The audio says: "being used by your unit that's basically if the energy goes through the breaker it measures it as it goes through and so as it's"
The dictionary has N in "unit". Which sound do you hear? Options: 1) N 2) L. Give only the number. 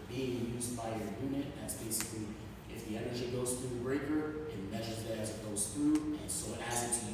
1